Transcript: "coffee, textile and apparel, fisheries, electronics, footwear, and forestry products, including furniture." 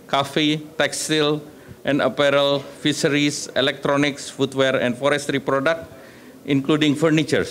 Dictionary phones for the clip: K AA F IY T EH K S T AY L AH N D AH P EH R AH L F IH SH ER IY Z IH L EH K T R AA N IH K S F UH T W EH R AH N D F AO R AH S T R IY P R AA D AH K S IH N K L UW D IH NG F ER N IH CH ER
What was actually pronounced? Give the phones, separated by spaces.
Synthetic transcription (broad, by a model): K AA F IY T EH K S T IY L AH N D AH P EH R AH L F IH S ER IY S IH L EH K T R AA N IH K S F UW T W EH R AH N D F AO R AH S T R IY P R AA D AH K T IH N K L UW D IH NG F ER N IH CH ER